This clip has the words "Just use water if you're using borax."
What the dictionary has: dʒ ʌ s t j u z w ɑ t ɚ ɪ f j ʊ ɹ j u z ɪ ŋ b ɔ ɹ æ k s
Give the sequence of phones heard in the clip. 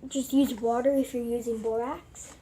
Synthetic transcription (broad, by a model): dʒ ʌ s t j u z w ɑ t ɚ ɪ f j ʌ ɹ j u z ɪ ŋ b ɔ ɹ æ k s